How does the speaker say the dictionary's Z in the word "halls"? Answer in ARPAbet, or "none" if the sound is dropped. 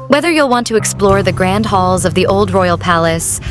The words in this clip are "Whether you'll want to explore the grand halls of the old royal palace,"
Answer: Z